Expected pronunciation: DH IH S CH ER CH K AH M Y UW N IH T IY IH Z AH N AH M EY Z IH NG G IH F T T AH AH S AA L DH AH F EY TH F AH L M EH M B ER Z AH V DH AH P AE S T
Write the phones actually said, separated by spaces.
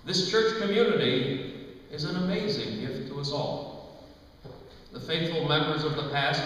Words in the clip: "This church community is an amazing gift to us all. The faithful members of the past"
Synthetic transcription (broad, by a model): DH IH S CH ER CH K AH M Y UW N IH T IY IH Z AH N AH M EY Z IH NG G IH F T T AH AH S AA L DH AH F EY TH F L M EH M B ER Z AH V DH AH P AE S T